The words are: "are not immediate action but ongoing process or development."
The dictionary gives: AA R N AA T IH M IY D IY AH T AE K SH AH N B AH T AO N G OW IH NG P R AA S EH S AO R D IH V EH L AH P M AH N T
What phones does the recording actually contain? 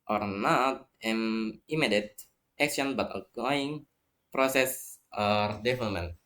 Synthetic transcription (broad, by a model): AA R N AA T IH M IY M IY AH T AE K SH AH N B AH T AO G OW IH NG P R AA S EH S AO R D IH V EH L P M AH N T